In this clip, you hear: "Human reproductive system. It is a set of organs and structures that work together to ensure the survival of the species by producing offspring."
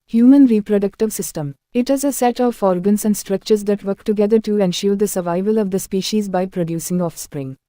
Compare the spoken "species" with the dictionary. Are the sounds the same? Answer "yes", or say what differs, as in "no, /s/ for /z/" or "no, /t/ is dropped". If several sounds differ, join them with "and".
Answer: yes